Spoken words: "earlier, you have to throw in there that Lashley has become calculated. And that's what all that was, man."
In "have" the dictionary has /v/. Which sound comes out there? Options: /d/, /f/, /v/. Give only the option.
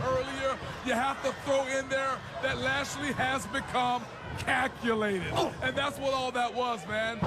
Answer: /f/